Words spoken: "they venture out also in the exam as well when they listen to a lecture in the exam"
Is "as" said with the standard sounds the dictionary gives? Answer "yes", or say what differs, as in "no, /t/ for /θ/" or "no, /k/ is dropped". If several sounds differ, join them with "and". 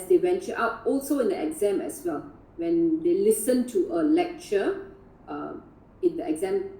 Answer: no, /s/ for /z/